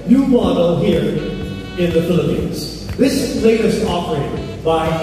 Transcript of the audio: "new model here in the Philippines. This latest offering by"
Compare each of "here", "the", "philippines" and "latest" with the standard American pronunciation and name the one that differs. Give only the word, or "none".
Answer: none